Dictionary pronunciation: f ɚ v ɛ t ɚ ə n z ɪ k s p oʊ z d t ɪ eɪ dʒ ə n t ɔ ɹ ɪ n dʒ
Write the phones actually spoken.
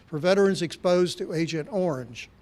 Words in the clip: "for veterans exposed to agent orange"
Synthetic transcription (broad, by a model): f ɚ v ɛ t ɚ ə n z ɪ k s p oʊ z t ɪ eɪ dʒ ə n t ɔ ɹ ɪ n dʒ